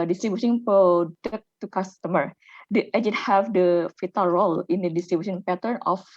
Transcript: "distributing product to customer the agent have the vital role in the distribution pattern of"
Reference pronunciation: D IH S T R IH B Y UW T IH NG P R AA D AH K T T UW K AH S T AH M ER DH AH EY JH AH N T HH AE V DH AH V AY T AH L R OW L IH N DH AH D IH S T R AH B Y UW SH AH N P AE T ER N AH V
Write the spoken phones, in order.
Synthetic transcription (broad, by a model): D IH S T R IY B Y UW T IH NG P AA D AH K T T UW K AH S T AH M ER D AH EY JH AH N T HH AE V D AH F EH T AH L R OW L IH N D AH D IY S T R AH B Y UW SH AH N P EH T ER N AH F